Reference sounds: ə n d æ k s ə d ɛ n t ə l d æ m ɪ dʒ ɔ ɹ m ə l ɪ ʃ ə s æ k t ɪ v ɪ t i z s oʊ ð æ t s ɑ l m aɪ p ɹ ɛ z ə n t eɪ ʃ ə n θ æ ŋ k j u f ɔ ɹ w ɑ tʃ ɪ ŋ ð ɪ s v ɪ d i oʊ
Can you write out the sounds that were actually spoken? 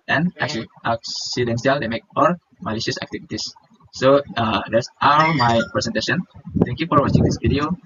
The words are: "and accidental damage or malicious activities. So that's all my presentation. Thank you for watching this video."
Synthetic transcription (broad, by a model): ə n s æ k s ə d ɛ n s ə l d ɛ m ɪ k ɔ l m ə l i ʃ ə s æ k t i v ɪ t i s oʊ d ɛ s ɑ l m aɪ p ɹ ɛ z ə n t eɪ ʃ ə n t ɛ ŋ k j u f ɔ ɹ w ɑ tʃ ɪ ŋ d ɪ s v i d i oʊ